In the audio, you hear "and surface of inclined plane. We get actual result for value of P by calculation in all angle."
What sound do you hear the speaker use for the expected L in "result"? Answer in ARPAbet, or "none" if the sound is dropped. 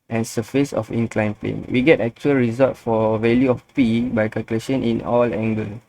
none